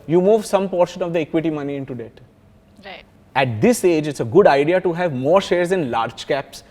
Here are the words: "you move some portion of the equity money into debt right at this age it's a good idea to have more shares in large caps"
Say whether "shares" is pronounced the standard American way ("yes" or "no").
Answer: yes